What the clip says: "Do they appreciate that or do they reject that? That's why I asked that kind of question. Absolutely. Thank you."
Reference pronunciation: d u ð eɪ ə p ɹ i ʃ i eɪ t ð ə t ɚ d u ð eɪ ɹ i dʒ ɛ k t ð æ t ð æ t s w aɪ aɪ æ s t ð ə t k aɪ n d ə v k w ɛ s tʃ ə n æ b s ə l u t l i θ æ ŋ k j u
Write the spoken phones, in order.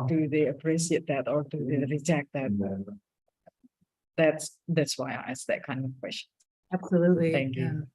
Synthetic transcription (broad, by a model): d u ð eɪ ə p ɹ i s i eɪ t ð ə t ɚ d u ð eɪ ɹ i z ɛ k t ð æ t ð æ t s w aɪ aɪ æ s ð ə t k aɪ n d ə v k w ɛ s tʃ ə n æ b s ə l u t l i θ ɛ ŋ k j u